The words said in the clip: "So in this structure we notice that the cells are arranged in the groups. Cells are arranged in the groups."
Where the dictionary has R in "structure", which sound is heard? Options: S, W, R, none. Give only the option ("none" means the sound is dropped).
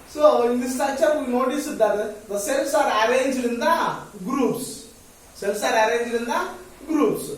none